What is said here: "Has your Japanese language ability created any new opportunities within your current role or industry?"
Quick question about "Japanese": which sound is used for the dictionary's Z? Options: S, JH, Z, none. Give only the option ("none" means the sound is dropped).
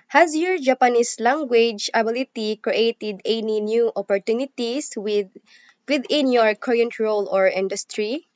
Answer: S